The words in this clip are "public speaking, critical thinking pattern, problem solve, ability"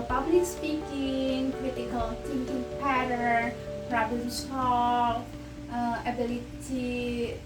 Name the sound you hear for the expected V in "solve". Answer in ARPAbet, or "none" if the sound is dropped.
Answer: none